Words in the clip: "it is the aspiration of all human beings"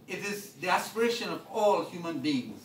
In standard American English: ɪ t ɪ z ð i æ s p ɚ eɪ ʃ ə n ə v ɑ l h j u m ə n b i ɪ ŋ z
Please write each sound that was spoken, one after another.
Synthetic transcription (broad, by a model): ɪ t ɪ z ð i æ s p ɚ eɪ ʃ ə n ə v ɑ l h j u m ə n b i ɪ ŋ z